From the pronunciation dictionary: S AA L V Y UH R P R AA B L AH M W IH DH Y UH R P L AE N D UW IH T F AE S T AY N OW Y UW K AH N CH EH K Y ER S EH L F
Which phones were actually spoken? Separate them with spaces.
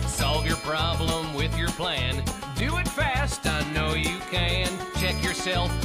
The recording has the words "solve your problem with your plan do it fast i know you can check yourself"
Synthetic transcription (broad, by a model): S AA L V Y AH R P R AA B L AH M W IH DH Y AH R P L AE N D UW IH T F AE S T AY N OW Y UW K AH N CH EH K Y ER S EH L F